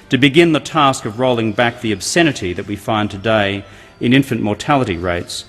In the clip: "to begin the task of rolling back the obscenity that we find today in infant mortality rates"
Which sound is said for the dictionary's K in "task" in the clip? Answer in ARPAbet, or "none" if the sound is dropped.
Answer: K